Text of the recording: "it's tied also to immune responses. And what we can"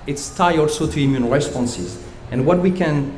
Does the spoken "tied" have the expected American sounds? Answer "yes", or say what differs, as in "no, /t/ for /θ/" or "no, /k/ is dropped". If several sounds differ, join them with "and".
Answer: no, /d/ is dropped